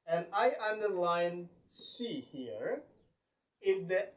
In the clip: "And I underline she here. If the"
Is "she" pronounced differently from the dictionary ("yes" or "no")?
yes